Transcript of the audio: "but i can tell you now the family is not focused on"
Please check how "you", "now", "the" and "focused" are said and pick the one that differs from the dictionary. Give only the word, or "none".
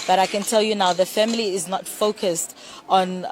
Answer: none